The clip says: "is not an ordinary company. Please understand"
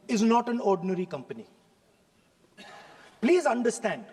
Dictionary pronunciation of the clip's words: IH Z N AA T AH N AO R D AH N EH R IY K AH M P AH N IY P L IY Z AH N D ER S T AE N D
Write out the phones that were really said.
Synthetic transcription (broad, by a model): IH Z N AA T AH N AO R D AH N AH R IY K AH M P AH N IY P L IY Z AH N D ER S T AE N D